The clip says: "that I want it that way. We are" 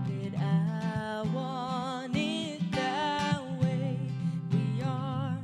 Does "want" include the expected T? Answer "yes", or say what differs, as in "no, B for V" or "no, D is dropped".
no, T is dropped